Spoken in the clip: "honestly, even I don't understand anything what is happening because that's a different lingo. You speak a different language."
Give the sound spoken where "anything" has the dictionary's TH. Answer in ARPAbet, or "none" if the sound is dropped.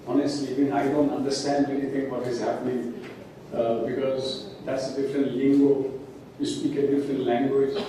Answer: T